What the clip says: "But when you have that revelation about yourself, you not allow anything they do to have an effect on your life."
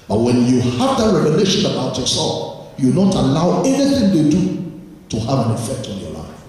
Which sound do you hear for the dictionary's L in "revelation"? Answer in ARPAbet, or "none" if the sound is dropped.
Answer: N